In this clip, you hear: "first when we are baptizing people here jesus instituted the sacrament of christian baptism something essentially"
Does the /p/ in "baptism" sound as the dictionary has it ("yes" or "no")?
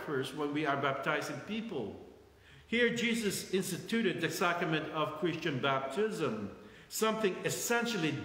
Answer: yes